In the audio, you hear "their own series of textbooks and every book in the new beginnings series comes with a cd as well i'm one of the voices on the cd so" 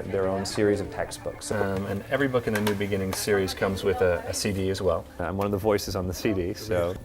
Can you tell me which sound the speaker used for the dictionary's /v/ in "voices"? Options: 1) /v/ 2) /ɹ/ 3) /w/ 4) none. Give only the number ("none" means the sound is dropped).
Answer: 1